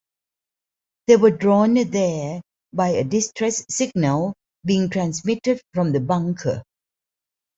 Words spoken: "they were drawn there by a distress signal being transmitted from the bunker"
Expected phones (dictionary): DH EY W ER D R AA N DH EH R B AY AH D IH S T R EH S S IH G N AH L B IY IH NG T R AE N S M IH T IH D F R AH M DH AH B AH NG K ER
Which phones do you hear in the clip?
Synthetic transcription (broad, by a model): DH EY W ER D R AA N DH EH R B AY AH D IH S T R EH S S IH G N AH L B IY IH NG T R AE N S M IH T IH D F R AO M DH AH B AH NG K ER